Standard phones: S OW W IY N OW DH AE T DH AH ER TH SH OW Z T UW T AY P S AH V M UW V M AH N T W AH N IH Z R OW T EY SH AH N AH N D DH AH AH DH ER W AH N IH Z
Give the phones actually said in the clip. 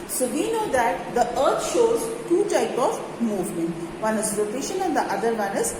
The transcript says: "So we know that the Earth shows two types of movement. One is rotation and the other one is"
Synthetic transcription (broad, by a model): S OW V IY N OW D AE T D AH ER T SH OW Z T UW T AY P AH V M UW V M AH N T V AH N IH Z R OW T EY SH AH N AH N D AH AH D ER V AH N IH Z